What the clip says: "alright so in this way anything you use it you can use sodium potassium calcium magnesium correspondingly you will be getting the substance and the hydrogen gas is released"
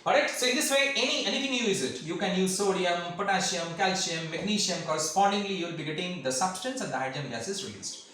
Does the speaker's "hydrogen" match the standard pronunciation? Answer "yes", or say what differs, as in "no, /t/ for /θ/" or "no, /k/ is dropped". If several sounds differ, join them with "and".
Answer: no, /ɹ/ is dropped and /dʒ/ is dropped